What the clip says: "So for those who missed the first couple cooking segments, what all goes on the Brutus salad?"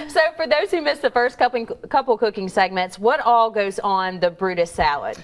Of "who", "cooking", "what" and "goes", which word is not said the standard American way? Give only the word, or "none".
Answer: none